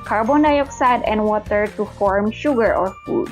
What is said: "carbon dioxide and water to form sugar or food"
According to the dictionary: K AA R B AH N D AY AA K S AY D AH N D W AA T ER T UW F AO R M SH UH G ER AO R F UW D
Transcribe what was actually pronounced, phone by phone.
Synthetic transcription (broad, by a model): K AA R B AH N D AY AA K S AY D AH N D W AA T ER T UW F AO R M SH UH G ER AO R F UW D